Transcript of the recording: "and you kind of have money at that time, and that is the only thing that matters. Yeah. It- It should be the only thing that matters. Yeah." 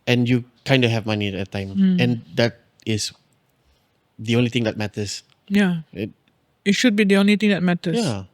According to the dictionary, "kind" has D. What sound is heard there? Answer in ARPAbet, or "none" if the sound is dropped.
D